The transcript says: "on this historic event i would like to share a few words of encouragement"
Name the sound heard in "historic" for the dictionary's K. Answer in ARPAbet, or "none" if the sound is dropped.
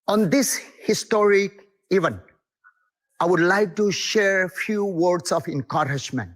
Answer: K